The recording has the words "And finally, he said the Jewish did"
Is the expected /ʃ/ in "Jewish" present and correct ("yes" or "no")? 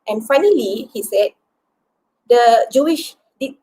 yes